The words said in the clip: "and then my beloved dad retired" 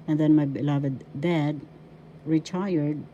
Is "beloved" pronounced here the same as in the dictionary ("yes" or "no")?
yes